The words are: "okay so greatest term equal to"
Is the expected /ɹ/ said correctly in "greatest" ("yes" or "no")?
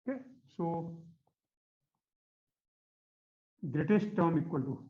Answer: yes